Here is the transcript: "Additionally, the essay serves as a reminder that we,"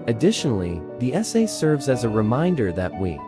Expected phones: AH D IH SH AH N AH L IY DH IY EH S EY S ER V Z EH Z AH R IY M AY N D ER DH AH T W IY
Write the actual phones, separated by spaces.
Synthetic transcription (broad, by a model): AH D IH SH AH N L IY DH IY EH S EY S ER V Z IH Z AH R IY M AY N D ER DH AH T W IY